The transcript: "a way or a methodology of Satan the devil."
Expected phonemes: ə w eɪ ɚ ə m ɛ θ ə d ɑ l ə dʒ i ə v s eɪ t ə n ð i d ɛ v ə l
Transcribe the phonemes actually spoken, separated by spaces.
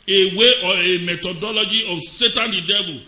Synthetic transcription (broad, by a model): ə w eɪ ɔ ə m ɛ t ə d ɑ l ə dʒ i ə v s eɪ t ə n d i d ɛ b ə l